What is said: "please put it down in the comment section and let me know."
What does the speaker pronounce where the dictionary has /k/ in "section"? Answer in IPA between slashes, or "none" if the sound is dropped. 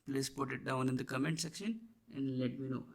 /k/